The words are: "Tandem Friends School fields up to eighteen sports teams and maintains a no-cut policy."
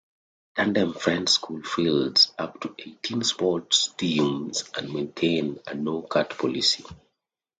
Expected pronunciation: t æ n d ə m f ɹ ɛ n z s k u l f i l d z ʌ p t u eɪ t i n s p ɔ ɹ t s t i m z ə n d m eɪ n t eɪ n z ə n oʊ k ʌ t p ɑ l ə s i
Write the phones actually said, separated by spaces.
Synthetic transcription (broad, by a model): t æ n d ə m f ɹ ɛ n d s k u l f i l d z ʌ p t u eɪ t i n s p ɔ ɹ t s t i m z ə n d m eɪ n t eɪ n ə n oʊ k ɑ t p ɑ l ə s i